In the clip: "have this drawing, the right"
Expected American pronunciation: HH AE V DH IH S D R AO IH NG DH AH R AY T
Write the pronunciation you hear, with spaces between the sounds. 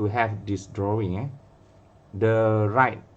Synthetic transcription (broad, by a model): HH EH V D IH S D R AO IH NG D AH R AY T